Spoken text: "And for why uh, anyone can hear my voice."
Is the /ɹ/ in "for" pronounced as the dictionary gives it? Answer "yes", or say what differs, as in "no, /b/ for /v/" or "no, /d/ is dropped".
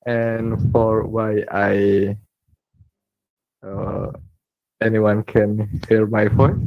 yes